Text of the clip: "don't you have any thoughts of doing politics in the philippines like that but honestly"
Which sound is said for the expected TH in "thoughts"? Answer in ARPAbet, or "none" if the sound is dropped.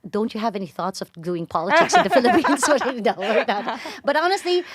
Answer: TH